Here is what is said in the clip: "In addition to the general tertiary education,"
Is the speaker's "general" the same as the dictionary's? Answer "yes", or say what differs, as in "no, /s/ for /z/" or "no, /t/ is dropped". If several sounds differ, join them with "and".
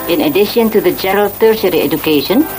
no, /n/ is dropped